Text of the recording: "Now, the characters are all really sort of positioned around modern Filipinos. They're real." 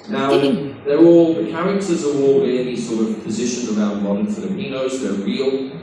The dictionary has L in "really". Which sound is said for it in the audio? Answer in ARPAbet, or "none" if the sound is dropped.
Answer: N